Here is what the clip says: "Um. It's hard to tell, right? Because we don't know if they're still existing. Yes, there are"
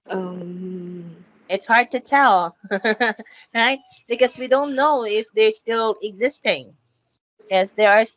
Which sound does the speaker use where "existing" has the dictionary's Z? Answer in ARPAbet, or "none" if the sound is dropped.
Z